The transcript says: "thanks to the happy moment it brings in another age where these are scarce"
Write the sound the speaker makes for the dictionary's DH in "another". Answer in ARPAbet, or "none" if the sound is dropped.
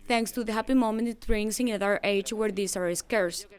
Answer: none